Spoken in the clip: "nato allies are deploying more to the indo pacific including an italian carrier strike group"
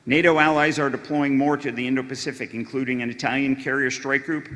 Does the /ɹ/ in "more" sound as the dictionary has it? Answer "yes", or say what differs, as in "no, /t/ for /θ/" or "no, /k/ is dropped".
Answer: yes